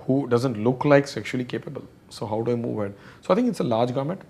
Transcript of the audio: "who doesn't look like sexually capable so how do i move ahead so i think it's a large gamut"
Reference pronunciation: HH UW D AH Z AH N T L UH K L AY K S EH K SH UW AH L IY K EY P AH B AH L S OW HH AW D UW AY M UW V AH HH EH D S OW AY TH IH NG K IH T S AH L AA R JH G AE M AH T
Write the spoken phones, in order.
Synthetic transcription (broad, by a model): HH UW D AH Z AH N T L UH K L AY K S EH K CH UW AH L IY K EY P AH B AH L S OW HH AW D UW AY M UW V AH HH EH D S OW AY T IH NG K IH T S AH L AA R JH G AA M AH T